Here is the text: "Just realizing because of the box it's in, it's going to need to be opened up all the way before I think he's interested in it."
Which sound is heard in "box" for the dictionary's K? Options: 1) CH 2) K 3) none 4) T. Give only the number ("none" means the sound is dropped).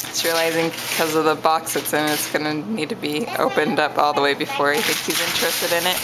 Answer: 2